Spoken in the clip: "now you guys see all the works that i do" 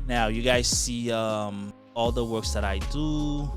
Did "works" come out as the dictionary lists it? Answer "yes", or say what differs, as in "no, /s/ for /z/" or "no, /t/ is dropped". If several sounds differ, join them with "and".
yes